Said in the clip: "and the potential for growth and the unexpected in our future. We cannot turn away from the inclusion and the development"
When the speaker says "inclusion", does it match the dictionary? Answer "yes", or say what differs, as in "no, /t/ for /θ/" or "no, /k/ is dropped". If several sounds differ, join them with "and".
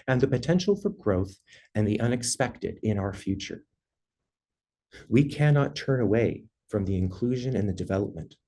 yes